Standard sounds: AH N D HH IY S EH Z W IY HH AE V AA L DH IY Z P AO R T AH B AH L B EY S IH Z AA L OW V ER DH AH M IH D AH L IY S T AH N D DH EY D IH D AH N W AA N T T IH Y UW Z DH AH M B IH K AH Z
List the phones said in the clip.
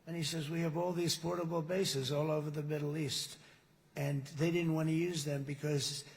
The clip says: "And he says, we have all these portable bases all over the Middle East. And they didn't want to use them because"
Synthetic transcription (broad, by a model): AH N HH IY S EH Z W IY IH V AA L DH IY Z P AO R T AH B L B EY S IH Z AA L OW V ER DH AH M IH D L IY S T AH N DH EY D IH D N W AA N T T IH Y UW Z DH AH M B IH K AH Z